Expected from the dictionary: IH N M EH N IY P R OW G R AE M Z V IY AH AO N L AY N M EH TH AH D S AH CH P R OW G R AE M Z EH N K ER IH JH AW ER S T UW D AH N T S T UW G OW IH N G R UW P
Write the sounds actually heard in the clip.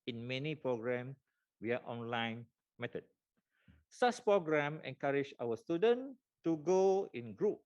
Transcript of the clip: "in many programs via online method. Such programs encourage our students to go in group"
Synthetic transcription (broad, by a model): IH N M EH N IY P R OW G R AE M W IY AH AO N L AY N M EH T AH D S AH S P R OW G R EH M EH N K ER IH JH AW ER S T UW D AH N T T UW G OW IH N G R UW P